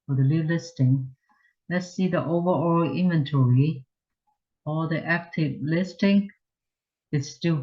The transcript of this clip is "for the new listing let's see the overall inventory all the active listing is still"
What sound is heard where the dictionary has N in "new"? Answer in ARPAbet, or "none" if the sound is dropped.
L